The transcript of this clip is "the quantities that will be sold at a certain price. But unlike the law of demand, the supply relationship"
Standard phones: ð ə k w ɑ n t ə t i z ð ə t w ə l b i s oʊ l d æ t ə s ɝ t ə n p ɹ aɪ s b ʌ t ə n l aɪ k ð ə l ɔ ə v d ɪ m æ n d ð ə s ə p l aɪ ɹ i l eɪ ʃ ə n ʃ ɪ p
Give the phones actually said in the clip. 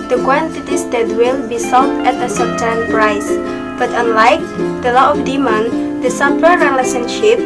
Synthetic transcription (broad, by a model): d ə k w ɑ n t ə t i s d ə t w ə l b i s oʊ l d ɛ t ə s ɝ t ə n p ɹ aɪ s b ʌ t ə n l aɪ k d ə l ɔ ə f d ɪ m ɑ n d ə s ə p ʌ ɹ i l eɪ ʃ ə n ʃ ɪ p